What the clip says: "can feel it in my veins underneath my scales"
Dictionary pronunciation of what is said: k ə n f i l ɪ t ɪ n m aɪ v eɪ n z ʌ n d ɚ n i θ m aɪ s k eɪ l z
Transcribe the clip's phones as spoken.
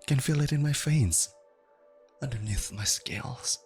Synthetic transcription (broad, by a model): k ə n f i l ɪ t ɪ n m aɪ f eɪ n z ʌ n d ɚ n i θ m aɪ s k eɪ l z